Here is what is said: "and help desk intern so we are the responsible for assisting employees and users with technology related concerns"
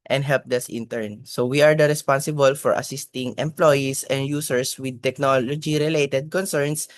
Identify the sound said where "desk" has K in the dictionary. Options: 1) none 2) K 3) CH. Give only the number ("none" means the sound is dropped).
1